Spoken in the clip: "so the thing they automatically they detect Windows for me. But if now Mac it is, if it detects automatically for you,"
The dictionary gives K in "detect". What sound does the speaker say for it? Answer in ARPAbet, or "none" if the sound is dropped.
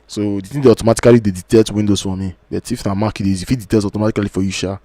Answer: none